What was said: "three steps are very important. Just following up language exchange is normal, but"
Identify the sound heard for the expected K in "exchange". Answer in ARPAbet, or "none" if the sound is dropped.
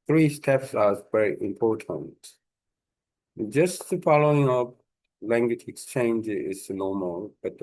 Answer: K